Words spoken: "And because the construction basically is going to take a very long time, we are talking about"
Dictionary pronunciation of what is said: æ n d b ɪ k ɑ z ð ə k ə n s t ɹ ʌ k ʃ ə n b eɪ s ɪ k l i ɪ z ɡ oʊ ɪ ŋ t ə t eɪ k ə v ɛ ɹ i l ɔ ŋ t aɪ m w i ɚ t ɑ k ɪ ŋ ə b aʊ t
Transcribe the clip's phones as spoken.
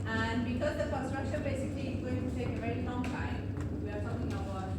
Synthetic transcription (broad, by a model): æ n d b ɪ k ɑ z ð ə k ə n s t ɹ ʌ k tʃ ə b eɪ s ɪ k l i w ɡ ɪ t t eɪ k ə v ɛ ɹ i l ɔ ŋ t aɪ m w i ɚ t ɑ k ɪ ŋ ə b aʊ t